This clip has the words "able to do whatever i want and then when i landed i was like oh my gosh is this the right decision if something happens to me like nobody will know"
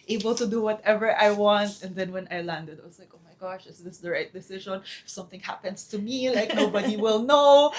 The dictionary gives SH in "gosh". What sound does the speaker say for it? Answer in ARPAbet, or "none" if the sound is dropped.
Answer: SH